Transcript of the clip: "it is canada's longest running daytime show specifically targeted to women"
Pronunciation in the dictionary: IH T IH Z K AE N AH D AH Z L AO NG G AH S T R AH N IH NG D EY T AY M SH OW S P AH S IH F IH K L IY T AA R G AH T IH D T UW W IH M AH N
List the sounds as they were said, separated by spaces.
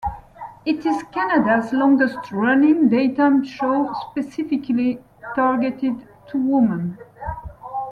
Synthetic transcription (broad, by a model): IH T IH Z K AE N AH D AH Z L AO NG G AH S T R AH N IH NG D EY T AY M SH OW S P AH S IH F IH K L IY T AA R G AH T IH D T UW W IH M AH N